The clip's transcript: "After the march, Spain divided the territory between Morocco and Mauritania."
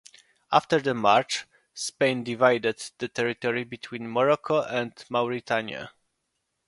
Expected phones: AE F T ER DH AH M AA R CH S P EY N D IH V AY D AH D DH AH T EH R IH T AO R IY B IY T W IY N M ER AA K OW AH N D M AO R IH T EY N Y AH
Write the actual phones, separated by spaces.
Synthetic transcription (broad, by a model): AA F T ER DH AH M AA R CH S P EY N D IH V AY D AH D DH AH T EH R IH T AO R IY B IY T W IY N M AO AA K OW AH N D M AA R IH T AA N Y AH